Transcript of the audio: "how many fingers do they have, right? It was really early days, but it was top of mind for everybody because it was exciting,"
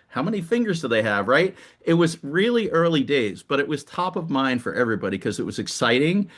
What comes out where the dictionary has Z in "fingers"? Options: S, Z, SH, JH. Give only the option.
Z